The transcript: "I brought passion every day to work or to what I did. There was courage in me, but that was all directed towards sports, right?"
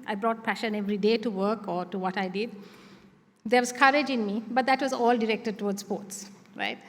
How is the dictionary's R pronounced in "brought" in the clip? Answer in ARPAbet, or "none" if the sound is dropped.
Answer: R